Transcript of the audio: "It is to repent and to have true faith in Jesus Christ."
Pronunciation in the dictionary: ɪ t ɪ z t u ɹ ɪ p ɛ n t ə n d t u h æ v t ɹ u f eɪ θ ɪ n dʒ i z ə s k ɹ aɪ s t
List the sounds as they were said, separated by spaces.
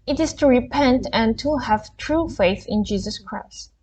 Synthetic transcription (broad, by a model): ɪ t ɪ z t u ɹ ɪ p ɛ n t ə n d t u h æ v t ɹ u f eɪ θ ɪ n dʒ i z ə s k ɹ aɪ s t